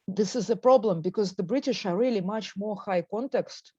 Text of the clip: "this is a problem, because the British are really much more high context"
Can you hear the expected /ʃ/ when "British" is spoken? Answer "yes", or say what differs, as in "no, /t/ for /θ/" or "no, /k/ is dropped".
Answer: yes